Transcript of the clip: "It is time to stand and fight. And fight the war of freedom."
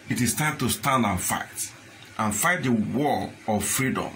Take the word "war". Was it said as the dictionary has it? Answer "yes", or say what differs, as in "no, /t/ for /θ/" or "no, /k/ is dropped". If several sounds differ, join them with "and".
no, /l/ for /ɹ/